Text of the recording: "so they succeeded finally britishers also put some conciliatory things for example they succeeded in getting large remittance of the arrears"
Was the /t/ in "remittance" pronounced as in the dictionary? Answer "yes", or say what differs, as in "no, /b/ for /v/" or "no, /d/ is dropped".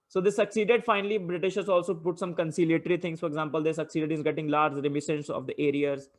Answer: no, /s/ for /t/